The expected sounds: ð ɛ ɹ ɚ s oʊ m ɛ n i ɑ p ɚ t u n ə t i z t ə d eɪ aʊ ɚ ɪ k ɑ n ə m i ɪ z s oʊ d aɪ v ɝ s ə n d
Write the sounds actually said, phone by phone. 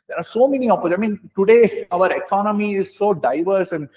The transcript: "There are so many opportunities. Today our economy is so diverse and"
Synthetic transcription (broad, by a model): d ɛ ɹ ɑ s oʊ m ɛ n i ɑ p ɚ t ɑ ə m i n t ə d eɪ aʊ ɚ ɪ k ɑ n ə m i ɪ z s oʊ d aɪ v ɝ s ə n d